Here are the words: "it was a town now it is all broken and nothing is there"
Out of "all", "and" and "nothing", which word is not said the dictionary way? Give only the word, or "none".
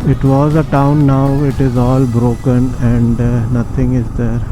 nothing